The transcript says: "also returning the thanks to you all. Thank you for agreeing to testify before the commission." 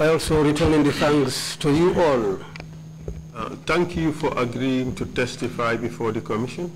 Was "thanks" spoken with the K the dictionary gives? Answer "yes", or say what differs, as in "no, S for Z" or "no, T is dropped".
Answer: no, K is dropped